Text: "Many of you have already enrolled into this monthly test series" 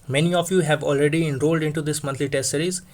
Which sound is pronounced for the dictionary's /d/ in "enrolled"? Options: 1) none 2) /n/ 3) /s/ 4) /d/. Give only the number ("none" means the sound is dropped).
4